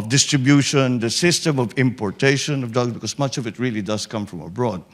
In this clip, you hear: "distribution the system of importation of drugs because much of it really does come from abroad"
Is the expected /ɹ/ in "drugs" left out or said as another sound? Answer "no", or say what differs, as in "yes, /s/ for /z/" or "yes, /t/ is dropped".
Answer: yes, /ɹ/ is dropped